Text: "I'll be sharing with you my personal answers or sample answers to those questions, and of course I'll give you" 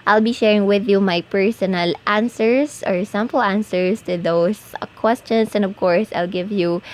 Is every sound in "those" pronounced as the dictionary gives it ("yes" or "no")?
no